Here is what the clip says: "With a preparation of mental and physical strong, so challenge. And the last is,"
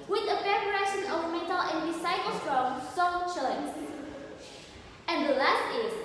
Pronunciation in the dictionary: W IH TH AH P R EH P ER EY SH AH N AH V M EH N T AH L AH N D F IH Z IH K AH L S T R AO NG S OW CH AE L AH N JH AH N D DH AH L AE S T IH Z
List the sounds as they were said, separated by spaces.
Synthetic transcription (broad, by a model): W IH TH AH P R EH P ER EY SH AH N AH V M EH N T AH L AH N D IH S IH AH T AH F R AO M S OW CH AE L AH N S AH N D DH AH L AE S T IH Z